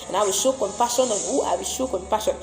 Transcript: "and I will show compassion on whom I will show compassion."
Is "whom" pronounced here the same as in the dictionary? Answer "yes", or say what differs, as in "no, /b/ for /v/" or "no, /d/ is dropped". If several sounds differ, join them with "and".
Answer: no, /m/ is dropped